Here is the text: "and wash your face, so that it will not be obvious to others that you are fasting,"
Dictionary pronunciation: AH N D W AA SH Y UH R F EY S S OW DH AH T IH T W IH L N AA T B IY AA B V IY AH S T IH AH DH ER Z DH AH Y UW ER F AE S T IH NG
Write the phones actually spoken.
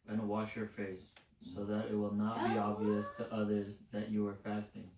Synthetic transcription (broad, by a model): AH N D W AA SH Y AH R F EY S S OW DH AH T IH T W IH L N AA T B IY AA B V IY AH S T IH AH DH ER Z DH AH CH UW ER F AE S T IH NG